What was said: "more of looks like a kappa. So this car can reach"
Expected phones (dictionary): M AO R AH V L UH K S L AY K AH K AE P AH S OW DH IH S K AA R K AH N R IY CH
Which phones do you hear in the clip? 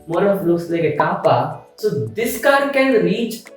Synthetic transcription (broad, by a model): M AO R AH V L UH S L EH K AH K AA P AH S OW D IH S K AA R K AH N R IY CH